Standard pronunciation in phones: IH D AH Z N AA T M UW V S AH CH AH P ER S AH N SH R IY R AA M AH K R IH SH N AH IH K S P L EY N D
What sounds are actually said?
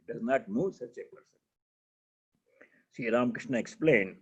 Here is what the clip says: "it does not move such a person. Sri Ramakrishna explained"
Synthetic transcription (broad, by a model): D AH Z N AA T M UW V S AH CH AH P ER S AH N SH IY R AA M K R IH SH N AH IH K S P L EY N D